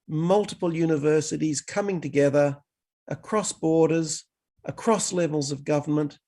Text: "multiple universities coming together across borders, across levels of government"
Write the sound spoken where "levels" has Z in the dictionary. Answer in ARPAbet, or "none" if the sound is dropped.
Z